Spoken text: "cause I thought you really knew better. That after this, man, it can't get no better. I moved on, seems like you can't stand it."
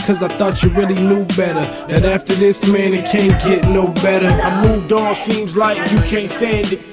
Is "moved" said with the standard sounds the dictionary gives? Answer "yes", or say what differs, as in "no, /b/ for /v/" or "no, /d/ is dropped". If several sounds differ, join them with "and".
yes